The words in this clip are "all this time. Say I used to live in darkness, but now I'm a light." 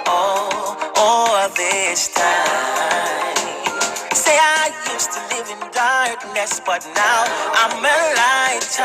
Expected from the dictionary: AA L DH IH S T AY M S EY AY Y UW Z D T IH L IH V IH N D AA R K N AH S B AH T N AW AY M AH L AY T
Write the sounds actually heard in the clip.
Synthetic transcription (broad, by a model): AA L DH IH S T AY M S EY AY Y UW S T IH L IH V IH N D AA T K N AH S B AH T N AW AY M AH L AY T